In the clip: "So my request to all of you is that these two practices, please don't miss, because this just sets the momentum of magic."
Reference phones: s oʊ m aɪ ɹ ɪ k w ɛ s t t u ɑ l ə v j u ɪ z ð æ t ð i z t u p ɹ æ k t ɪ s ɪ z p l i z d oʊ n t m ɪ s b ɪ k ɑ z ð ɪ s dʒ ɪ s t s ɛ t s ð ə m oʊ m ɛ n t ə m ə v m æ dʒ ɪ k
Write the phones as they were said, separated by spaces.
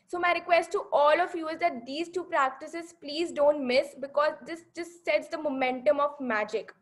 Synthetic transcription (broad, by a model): s oʊ m aɪ ɹ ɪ k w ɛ s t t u ɑ l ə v j u ɪ z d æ t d i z t u p ɹ æ k t ɪ s ɪ z p l i z d oʊ n t m ɪ s b ɪ k ɑ z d ɪ s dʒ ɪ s s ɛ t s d ə m oʊ m ɛ n t ə m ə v m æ dʒ ɪ k